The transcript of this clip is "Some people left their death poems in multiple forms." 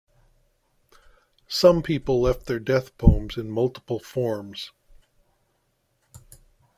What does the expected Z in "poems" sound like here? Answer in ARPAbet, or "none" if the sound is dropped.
Z